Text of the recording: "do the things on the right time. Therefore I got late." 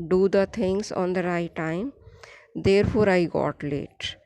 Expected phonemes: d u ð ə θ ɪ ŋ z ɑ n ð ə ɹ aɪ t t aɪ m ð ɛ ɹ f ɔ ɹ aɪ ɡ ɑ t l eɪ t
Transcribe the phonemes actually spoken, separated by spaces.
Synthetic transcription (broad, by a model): d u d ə t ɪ ŋ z ɑ n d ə ɹ aɪ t t aɪ m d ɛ ɹ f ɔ ɹ aɪ ɡ ɑ t l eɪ t